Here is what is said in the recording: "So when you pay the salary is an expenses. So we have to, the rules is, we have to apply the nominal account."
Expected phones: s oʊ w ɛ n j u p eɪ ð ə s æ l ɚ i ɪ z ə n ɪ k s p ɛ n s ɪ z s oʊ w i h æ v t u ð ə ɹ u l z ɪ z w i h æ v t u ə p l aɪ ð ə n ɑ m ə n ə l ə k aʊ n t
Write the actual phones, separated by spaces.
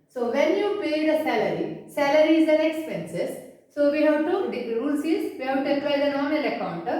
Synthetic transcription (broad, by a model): s oʊ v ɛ n j u p eɪ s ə s æ l ɚ i ɪ z ə n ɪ k s p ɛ n s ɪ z s oʊ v i h æ v t u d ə ɹ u l s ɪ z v i h æ v t u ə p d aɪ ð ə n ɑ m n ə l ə k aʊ n t